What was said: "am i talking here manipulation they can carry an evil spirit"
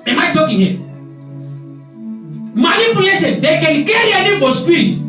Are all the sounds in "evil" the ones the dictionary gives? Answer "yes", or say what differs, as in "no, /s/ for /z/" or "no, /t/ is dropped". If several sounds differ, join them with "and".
no, /f/ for /v/